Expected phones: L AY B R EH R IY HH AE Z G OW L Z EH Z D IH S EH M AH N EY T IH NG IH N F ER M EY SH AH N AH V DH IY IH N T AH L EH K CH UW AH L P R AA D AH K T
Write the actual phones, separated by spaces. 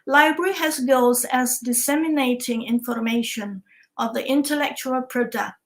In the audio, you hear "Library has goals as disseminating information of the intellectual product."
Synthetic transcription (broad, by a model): L AY B R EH R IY HH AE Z G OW Z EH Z D IH S EH M AH N EY T IH NG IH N F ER M EY SH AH N AH V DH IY IH N T AH L EH K CH UW AH L P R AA D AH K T